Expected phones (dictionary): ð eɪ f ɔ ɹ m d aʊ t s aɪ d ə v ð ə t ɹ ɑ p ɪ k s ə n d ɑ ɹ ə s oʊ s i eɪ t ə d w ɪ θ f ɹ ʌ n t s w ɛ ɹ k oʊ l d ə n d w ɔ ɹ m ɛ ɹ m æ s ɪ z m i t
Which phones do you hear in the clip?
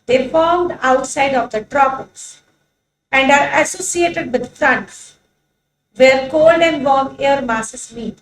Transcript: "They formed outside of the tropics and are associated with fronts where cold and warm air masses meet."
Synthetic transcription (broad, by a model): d eɪ f ɔ ɹ m d aʊ t s aɪ d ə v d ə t ɹ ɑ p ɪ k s ə n d ɑ ɹ ə s oʊ s i eɪ t ə d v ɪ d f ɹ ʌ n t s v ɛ ɹ k oʊ l d ə n d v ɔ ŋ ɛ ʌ ɹ m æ s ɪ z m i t